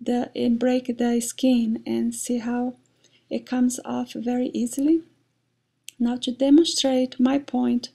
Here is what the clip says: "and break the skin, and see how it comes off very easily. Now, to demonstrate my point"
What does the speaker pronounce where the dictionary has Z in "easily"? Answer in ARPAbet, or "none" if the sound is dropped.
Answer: Z